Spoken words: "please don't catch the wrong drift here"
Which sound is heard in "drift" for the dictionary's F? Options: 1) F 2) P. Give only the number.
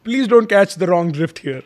1